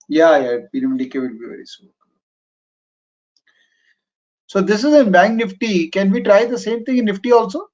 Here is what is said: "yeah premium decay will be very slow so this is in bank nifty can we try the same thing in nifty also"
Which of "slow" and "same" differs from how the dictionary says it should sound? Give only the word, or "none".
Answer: slow